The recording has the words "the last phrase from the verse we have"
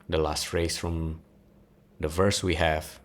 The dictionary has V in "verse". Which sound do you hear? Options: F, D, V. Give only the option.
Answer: V